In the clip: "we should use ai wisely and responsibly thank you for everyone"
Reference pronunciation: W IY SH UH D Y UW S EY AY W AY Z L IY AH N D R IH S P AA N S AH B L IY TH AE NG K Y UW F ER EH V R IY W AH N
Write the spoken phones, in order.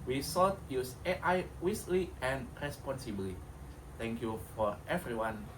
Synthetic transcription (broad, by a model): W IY S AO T Y UW S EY AY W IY S L IY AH N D R IH S P AA N S AH B L IY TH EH NG K Y UW F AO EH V R IY W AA N